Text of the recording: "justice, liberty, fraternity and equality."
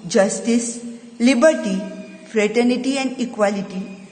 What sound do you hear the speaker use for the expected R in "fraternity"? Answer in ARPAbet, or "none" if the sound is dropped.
R